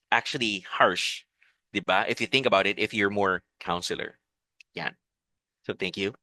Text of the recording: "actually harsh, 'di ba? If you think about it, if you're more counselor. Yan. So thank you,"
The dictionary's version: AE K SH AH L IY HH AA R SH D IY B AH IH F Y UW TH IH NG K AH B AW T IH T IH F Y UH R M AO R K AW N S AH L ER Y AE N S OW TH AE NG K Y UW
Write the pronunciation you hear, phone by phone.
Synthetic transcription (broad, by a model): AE K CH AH L IY HH AA R SH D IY B AH IH F Y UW TH IH NG K AH B AW T IH T IH F Y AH R M AO R K AW N S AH L ER Y AE N S OW TH AE NG K Y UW